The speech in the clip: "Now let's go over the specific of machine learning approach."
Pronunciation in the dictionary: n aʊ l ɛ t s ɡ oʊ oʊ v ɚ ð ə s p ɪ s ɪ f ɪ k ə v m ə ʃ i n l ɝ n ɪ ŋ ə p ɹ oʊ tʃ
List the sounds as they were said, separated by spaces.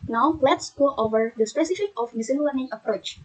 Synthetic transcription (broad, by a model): n aʊ l ɛ t s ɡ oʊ oʊ v ɚ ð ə s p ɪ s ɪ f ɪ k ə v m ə s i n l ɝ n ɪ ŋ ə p ɹ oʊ tʃ